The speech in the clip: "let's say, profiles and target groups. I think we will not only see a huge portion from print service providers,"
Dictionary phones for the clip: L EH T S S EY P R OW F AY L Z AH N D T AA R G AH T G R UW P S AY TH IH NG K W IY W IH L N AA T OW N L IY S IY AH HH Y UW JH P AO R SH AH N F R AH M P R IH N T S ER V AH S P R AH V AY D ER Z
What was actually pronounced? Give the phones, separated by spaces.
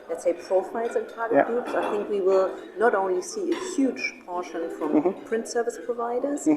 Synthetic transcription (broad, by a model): L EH T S S EY P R OW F AY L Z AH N T AA R G AH T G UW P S AY TH IH NG K W IY W IH L N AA T OW N L IY S IY AH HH Y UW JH P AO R SH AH N F R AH M P R IH N T S ER V AH S P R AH V AY D ER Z